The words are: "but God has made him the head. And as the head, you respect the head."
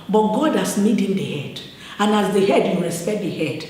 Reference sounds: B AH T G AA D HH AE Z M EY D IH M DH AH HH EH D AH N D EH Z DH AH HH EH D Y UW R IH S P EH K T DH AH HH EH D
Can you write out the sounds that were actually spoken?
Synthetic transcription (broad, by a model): B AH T G AA D HH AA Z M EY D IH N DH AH HH EH D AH N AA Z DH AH HH EH D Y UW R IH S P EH T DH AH HH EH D